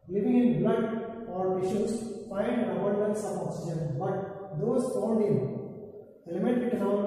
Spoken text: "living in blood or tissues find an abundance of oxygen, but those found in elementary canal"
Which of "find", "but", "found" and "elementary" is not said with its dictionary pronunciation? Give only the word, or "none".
elementary